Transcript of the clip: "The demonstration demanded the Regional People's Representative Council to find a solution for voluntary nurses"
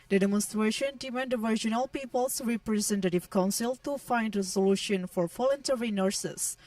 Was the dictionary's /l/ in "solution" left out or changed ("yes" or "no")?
no